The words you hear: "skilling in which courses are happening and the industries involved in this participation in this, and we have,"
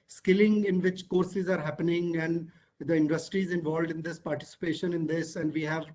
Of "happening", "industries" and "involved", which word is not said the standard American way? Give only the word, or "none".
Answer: none